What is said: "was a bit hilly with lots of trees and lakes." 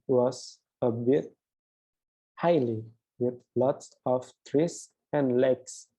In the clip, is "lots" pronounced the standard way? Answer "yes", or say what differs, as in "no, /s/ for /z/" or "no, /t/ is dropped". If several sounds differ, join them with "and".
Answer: yes